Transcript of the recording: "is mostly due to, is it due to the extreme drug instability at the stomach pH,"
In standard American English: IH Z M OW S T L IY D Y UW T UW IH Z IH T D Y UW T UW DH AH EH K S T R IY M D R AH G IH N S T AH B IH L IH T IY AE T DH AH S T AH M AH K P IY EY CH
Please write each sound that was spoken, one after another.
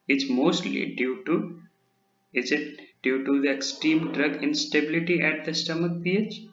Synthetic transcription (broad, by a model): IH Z M OW S T L IY D Y UW T UW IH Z IH T D Y UW T UW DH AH EH K S T R IY M D R AH G IH N S T AH B IH L IH T IY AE T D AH S T AH M AH K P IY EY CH